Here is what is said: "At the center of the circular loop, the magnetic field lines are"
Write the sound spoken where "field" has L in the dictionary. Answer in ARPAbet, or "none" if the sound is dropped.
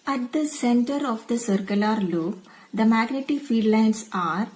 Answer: none